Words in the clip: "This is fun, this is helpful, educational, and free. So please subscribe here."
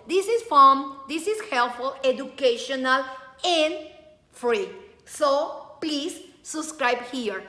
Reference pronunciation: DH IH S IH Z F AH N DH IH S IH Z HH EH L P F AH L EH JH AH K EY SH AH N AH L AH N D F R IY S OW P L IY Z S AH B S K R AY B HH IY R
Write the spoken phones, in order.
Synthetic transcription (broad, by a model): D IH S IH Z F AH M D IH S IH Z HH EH L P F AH L EH JH AH K EY SH AH N AH L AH N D F R IY S OW P L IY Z S AH B S K R AY B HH IY R